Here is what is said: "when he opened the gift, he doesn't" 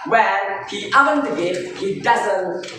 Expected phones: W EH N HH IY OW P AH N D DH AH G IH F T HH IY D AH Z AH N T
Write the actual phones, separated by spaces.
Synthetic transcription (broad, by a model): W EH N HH IY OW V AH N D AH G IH T HH IY D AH Z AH N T